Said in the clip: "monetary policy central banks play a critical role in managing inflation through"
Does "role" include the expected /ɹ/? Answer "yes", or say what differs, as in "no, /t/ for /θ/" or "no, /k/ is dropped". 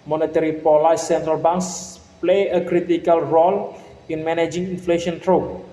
yes